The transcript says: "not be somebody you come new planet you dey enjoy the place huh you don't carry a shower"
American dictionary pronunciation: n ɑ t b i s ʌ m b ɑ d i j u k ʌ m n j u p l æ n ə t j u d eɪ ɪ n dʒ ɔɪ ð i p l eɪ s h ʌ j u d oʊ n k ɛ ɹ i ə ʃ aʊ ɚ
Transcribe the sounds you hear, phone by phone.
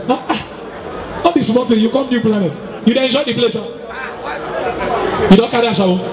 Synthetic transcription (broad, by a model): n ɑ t b i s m ɑ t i j u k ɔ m n j u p l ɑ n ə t j u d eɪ ɪ n dʒ ɔɪ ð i p l eɪ s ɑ j u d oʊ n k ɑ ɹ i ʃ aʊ